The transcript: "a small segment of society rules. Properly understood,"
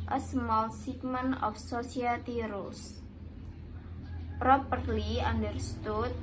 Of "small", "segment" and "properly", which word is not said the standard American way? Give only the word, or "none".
segment